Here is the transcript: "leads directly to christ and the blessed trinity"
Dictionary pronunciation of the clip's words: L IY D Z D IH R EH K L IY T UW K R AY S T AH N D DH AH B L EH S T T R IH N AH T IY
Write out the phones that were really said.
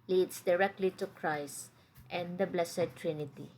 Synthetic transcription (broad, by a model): L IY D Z D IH R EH K L IY T UW K R AY S T AH N D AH B L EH S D T R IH N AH T IY